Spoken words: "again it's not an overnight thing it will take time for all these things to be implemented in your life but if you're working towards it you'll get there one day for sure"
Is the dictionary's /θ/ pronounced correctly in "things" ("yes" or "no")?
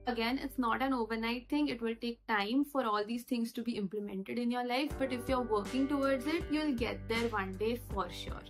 no